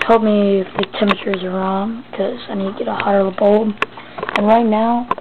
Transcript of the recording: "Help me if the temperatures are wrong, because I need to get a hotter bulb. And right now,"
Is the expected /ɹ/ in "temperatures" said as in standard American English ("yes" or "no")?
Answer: no